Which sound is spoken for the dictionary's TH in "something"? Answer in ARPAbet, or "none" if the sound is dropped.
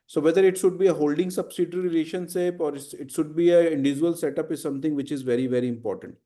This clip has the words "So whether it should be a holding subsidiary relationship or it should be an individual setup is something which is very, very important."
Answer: T